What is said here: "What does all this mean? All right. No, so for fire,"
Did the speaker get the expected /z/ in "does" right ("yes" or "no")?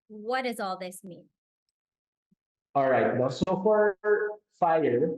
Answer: yes